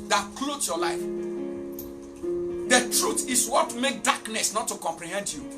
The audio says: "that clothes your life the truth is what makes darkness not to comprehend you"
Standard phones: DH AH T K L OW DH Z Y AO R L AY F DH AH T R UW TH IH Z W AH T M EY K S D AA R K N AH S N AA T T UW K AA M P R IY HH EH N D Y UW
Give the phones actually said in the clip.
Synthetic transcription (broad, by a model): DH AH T K L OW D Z Y AO L AY F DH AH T R UW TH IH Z W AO T M EY K D AA K N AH S N AA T T UW K AA M P R IY HH EH N D Y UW